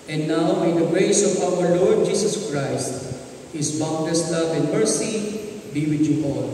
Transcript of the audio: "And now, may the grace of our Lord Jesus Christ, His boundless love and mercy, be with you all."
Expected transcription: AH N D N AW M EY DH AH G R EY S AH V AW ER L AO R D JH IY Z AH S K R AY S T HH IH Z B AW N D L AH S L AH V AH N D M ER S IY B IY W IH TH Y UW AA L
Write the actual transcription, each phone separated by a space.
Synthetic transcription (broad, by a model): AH N D N AW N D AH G R EY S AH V AW ER L AO R D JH IY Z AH S K R AY S T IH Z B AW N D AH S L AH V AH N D M ER S IY B IY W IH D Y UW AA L